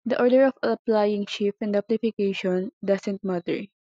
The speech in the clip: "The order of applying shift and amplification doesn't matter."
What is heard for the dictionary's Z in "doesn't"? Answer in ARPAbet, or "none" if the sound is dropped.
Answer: S